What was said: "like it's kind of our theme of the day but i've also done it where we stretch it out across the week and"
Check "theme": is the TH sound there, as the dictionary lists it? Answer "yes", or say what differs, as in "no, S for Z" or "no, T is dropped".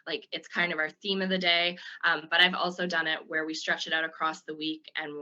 yes